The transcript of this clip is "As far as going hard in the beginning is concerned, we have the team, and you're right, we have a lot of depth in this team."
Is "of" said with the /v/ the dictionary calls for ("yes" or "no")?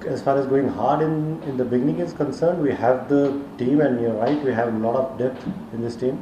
no